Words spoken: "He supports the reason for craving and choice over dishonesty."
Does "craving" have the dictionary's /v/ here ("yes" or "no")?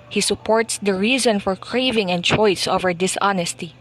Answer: yes